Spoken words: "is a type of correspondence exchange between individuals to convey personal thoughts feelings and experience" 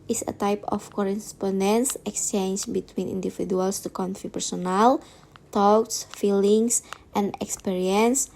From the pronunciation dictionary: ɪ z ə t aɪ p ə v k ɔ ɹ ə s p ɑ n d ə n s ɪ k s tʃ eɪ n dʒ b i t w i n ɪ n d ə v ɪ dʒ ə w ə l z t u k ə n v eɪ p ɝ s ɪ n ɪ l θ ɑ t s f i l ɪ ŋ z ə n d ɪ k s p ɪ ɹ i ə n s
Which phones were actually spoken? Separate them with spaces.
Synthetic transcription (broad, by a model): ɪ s ə t aɪ p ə f k ɔ ɹ ə s p ɑ n d ə n s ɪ k s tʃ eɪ n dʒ b i t w i n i n d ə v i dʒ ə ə l s t u k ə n f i p ɝ s ɪ n ɪ l t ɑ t s f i l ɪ ŋ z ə n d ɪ k s p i ɹ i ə n s